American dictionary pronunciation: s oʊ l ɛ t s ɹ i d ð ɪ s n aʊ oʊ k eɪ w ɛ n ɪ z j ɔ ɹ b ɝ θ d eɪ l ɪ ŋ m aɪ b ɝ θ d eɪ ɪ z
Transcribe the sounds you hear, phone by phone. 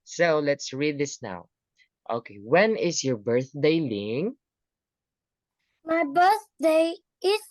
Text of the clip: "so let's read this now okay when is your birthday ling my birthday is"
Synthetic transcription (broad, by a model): s oʊ l ɛ t s ɹ i d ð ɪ s n aʊ oʊ k eɪ w ɛ n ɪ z j ɔ ɹ b ɝ θ d eɪ l ɪ ŋ m aɪ b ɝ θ d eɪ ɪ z